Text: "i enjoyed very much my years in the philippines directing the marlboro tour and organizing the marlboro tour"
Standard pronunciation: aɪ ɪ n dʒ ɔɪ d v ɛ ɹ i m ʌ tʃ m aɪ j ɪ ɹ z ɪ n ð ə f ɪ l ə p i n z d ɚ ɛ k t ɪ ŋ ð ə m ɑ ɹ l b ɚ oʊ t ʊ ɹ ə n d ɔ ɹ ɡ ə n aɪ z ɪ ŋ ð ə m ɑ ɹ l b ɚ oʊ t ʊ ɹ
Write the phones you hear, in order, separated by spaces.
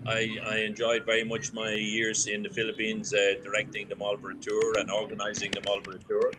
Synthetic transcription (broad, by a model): aɪ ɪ n dʒ ɔɪ d v ɛ ɹ i m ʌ tʃ m aɪ j ɪ ɹ z ɪ n ð ə f ɪ l ə p i n z d ɚ ɛ k t ɪ ŋ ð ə m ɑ l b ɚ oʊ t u ɹ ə n ɔ ɹ ɡ ə n aɪ z ɪ ŋ ð ə m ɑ l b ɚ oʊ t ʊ ɹ